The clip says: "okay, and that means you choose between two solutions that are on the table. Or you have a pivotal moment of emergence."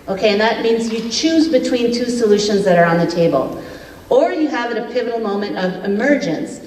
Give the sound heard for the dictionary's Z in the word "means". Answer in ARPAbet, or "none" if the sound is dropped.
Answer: Z